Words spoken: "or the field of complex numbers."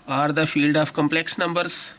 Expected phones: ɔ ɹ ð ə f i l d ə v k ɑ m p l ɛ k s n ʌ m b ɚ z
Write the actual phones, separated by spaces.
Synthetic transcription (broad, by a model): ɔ ɹ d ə f i l d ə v k ɑ m p l ɛ k s n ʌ m b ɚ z